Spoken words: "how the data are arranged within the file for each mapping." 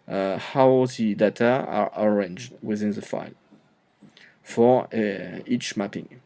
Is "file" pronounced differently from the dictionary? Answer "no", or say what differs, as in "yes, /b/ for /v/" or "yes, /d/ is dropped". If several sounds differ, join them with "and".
no